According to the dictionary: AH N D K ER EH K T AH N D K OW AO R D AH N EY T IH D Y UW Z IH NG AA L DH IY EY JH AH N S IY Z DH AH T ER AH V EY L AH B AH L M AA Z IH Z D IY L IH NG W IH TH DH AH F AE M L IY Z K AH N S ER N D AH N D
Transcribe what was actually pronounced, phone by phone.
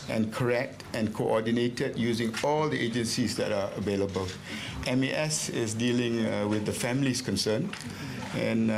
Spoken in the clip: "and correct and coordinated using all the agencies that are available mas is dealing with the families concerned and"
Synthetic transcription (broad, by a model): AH N K ER EH K T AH N K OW AO D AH N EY T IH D Y UW Z IH NG AA L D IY EY JH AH N S IY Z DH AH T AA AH V EY L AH B AH L M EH S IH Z D IY L IH NG W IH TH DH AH F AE M L IY S K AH N S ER N AH N